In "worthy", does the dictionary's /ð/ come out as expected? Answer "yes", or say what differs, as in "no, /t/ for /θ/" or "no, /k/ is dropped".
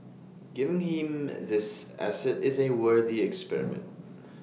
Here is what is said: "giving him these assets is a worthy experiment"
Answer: yes